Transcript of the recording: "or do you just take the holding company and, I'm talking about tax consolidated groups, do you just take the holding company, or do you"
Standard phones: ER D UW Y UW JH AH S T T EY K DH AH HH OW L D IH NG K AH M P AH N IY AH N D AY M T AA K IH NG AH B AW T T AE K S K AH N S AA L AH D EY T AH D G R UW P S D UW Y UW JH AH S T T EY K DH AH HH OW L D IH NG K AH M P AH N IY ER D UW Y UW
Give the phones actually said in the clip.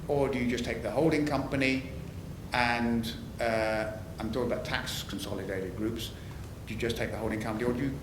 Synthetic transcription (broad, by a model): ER D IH Y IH JH AH S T T EY K DH AH HH OW L D IH NG K AH M P AH N IY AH N AY M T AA IH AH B AW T T AE K S K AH N S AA L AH D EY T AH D G R UW P S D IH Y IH JH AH S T T EY K DH AH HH OW L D IH NG K AH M P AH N IY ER D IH Y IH